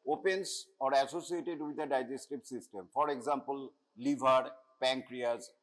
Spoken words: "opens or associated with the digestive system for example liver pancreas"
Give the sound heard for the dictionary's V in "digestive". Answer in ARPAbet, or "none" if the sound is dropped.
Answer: B